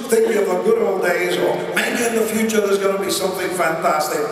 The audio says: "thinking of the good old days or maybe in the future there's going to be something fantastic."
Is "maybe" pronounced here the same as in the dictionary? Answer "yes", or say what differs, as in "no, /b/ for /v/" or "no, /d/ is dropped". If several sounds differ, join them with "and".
no, /b/ is dropped